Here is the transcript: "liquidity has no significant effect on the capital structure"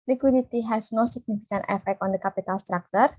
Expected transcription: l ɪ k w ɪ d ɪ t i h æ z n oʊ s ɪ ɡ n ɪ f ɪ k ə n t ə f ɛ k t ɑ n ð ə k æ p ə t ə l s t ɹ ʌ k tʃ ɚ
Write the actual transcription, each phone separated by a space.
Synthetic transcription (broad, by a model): l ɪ k w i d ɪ t i h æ s n oʊ s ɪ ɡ n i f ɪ k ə n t ə f ɛ k t ɑ n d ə k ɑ p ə t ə l s t ɹ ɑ k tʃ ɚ